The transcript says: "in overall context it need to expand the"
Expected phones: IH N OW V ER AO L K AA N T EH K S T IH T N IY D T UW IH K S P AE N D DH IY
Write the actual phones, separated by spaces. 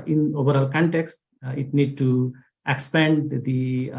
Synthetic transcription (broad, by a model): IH N OW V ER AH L K AA N T EH K S T IH T N IY D T UW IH K S P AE N D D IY